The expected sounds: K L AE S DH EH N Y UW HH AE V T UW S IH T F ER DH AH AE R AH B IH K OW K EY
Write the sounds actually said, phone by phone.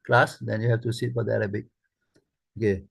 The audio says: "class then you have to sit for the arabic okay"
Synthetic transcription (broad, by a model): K L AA S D EH N Y UW HH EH F T UW S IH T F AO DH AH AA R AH B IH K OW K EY